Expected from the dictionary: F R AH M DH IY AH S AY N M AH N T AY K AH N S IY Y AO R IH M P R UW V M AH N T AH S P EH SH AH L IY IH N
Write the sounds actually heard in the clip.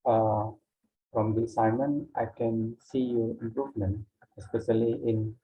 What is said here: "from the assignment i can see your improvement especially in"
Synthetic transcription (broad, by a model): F R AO M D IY S AY M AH N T AY K AH N S IY Y AO R IH M P R UW V M AH N T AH S P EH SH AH L IY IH N